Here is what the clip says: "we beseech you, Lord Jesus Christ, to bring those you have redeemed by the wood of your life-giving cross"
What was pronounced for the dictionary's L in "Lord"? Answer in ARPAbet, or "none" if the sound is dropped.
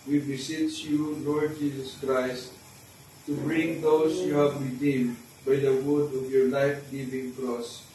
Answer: L